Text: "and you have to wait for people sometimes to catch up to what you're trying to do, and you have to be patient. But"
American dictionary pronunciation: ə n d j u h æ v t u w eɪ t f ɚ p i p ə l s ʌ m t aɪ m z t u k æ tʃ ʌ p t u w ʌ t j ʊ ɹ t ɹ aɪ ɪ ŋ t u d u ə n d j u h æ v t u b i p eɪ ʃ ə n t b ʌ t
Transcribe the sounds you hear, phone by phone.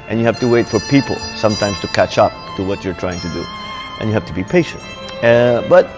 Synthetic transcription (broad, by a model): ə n j u h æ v t u w eɪ t f ɚ p i p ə l s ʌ m t aɪ m s t u k æ tʃ ʌ p t u w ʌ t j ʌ ɹ t ɹ aɪ ɪ ŋ t u d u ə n j u h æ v t u b i p eɪ ʃ ə n t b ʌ t